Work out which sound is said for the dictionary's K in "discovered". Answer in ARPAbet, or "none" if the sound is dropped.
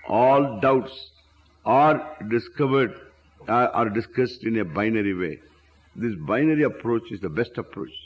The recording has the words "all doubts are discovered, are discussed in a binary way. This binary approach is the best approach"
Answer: K